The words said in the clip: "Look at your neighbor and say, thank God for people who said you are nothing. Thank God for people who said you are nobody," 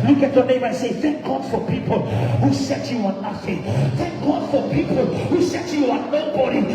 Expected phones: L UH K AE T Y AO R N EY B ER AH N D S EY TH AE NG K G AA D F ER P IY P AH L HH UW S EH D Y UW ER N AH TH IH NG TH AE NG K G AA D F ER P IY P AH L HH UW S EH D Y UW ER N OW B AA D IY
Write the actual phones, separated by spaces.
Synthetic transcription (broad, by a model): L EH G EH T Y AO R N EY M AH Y S EY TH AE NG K G AA D F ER P IY P AH L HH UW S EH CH Y UW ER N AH F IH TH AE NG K G AA D F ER P IY P AH L HH UW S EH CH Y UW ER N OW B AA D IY